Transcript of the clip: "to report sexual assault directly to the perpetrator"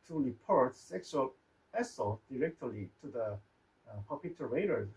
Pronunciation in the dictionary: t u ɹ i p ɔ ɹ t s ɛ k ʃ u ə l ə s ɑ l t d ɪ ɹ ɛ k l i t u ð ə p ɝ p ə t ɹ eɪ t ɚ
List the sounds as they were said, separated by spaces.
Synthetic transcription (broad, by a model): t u ɹ i p ɔ ɹ t s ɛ k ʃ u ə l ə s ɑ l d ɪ ɹ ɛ k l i t u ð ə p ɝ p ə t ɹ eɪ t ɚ